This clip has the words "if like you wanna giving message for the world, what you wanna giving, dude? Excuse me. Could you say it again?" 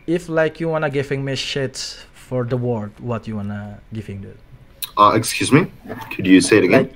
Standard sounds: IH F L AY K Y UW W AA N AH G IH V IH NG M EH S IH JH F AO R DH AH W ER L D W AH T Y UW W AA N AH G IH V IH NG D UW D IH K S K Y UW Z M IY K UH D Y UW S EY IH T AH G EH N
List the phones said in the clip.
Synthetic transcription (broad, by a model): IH F L AY K Y UW W AA N AH G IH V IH NG M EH SH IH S F AO R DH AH W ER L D W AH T Y UW W AA N AH G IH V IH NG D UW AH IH K S K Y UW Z M IY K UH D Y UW S EY IH T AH G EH N